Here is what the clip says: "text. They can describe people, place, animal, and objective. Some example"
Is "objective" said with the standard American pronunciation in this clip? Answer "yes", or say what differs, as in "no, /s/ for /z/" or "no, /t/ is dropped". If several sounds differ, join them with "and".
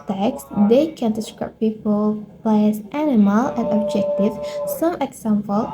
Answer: yes